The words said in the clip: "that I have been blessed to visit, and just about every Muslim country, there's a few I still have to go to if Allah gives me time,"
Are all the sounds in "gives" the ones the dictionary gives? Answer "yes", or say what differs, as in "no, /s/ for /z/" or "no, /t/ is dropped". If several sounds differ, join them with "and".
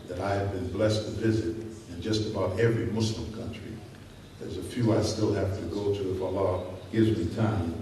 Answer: yes